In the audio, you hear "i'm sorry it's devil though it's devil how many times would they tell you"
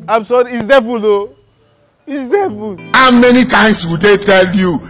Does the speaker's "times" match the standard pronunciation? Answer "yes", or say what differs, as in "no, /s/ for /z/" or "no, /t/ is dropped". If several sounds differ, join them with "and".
no, /s/ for /z/